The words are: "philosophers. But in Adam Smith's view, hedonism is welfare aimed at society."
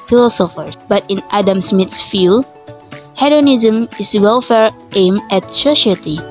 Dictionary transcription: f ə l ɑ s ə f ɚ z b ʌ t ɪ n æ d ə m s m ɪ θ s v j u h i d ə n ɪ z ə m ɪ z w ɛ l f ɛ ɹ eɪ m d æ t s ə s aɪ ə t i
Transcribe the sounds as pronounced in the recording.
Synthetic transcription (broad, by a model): f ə l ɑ s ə f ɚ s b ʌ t ɪ n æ d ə m s m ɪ t s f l h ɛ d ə n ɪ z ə m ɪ s w ɛ l f ɛ ɹ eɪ m ɛ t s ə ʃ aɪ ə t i